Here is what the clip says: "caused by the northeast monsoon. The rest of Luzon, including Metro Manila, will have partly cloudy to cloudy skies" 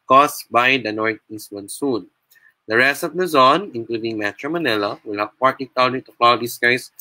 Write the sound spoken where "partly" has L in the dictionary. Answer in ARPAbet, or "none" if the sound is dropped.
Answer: none